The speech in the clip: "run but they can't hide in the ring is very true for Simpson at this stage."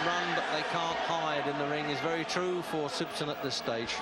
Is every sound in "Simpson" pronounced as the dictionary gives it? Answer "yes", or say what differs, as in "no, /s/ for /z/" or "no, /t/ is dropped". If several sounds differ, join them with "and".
no, /m/ is dropped